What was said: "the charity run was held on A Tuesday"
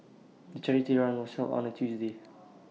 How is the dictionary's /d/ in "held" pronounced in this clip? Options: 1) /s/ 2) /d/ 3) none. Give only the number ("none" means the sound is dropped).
3